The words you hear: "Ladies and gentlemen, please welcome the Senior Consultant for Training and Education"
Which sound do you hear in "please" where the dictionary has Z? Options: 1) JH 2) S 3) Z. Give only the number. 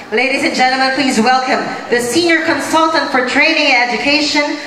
3